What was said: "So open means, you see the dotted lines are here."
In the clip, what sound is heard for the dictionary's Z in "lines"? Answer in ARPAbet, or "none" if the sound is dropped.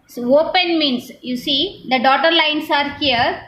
S